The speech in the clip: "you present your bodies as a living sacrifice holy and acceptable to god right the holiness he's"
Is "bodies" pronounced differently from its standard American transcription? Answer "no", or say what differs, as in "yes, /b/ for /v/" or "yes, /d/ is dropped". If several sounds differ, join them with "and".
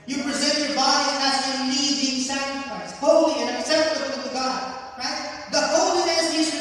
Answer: yes, /z/ is dropped